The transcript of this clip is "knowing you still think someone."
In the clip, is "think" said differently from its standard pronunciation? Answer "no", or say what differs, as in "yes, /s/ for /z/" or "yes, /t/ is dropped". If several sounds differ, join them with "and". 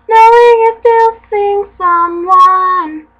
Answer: yes, /s/ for /θ/